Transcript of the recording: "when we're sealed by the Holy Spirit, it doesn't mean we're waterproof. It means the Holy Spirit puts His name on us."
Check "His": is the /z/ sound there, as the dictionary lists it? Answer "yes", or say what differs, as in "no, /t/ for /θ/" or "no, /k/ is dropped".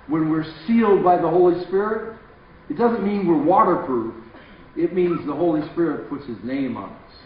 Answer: yes